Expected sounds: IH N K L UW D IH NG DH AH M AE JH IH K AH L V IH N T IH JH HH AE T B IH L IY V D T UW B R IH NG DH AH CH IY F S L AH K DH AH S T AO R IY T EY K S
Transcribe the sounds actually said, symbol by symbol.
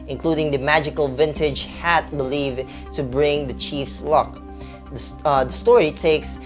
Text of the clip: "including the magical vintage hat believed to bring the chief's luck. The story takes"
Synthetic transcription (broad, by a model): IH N K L UW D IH NG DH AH M AE JH IH K AH L V IH N T IH JH HH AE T B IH L IY V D T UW B R IH NG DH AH CH IY F S L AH K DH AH S T AO R IY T EY K S